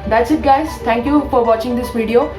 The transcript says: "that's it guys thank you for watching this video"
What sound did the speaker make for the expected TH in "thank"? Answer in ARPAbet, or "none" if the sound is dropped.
T